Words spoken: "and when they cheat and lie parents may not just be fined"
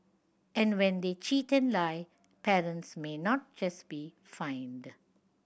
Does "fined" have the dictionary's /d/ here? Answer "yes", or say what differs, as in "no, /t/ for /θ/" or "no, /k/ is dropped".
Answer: yes